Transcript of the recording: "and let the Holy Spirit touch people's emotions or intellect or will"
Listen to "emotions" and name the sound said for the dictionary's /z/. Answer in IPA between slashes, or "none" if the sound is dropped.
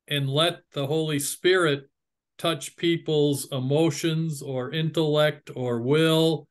/z/